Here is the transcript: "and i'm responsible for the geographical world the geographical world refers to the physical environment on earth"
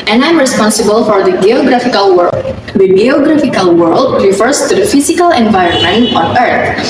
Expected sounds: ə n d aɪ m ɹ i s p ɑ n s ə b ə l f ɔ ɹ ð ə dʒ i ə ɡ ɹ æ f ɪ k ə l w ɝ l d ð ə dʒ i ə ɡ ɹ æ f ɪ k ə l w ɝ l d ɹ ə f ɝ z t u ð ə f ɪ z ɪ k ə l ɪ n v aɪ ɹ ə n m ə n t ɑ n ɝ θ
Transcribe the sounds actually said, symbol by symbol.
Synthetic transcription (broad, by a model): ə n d aɪ m ɹ i s p ɑ n s ə b ə l f ɔ ɹ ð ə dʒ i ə ɡ ɹ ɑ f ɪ k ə l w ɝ d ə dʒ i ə ɡ ɹ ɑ f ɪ k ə l w ɝ l d ɹ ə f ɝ s t u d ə f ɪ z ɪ k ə l ɪ n v aɪ ɹ ə n m ə n t ɑ n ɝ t